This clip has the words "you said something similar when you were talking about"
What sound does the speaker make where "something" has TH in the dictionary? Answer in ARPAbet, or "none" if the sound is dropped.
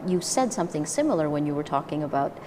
TH